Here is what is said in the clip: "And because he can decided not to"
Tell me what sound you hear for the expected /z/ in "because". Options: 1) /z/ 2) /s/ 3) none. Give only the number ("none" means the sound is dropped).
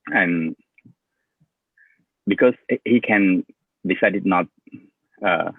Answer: 2